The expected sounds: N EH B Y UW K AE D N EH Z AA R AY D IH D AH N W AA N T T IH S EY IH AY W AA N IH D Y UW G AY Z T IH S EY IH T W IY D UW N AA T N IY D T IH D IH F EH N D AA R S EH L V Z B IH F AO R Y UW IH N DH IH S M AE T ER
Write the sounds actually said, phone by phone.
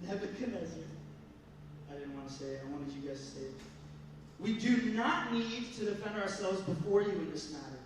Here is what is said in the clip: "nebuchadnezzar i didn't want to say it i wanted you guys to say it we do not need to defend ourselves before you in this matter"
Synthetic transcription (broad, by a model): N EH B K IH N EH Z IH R AY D IH D N W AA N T T IH S EY IH AY W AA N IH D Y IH G AY Z T IH S EY IH T W IY D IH N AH T N IY D T IH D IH F EH N D AA R S EH L V Z B IH F AO R Y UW IH N DH IH S M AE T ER